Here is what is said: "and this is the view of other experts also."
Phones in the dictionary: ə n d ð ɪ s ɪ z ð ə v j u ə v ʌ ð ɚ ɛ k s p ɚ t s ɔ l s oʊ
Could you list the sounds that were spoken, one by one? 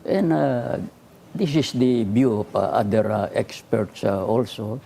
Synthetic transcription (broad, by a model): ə n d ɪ s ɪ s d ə b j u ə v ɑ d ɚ ɛ k s p ɚ t s ɔ l s oʊ